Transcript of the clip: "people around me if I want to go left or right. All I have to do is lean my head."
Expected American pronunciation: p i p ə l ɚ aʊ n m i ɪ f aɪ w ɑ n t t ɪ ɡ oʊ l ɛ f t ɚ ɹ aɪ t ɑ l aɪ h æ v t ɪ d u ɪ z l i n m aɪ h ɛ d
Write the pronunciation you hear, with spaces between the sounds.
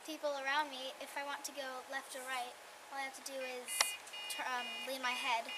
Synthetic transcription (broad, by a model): p i p l ɚ aʊ n m i ɪ f aɪ w ɑ n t t ɪ ɡ oʊ l ɛ f t ɚ ɹ aɪ t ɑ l aɪ h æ f t ɪ d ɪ ɪ z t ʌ l m aɪ h ɛ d